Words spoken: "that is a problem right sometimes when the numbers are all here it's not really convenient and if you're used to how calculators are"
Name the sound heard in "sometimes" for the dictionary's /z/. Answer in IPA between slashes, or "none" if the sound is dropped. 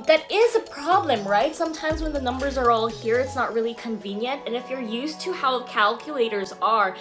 /z/